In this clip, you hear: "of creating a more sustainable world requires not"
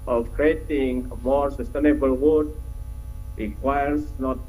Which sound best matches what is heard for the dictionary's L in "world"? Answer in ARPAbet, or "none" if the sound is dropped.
none